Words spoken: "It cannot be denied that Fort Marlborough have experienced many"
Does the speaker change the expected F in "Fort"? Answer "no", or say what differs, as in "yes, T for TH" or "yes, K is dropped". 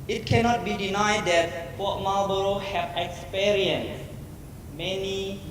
yes, P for F